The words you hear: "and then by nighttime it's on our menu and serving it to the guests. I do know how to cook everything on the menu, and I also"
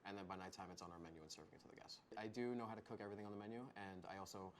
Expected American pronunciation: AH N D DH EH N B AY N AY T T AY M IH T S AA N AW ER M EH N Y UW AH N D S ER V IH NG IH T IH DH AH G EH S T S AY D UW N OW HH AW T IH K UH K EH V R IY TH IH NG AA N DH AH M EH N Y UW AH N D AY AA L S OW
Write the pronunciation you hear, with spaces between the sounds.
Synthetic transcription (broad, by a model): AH N DH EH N B AY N AY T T AY M IH T S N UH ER M EH N Y UW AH N S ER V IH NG IH T IH DH AH G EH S T AY D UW N OW HH AW T IH K UH K EH V R IY TH IH NG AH N DH AH M EH N Y UW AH N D AY AA L S OW